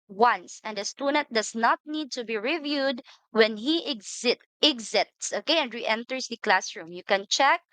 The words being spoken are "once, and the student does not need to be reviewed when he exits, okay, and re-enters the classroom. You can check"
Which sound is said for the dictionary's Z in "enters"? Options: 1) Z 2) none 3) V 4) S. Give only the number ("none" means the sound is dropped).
4